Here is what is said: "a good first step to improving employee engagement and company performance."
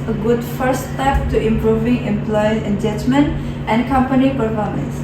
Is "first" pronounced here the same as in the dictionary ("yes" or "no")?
no